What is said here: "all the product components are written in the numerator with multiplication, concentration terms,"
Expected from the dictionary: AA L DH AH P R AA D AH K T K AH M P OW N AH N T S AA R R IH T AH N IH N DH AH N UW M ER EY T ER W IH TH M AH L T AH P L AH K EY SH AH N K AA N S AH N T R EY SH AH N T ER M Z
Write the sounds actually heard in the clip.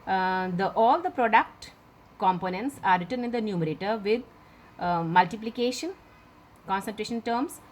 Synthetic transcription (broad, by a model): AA L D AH P R AA D AH K T K AH M P OW N AH N T S AA R R IH T AH N IH N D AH N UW M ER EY T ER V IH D M AH L T AH P L AH K EY SH AH N K AA N S AH N T R EY SH AH N T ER M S